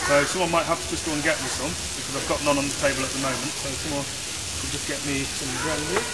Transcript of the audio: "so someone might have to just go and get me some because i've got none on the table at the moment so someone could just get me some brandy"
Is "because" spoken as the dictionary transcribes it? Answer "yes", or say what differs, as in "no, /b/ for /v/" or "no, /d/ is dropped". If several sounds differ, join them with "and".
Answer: yes